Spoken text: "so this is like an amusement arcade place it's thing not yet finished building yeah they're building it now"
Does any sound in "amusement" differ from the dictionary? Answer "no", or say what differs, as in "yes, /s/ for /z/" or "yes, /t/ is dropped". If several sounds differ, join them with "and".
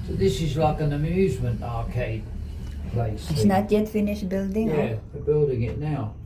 no